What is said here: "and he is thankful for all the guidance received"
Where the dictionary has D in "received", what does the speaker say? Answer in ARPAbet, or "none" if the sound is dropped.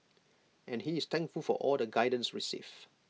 none